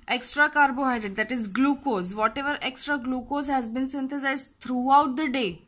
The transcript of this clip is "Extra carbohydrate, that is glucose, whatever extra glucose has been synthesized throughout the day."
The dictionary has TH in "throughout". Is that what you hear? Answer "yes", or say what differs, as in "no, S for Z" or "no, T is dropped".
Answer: no, T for TH